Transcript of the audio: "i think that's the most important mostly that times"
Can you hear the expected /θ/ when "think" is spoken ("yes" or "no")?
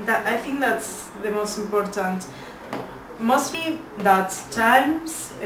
yes